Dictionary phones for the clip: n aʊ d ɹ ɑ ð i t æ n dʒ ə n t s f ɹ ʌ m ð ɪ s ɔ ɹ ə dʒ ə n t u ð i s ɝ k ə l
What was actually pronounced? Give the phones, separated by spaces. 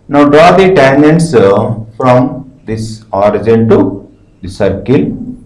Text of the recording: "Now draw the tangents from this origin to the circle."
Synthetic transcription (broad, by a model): n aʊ d ɹ ɑ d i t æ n ə n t s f ɹ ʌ m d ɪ s ɔ ɹ ə dʒ ə n t u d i s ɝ k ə l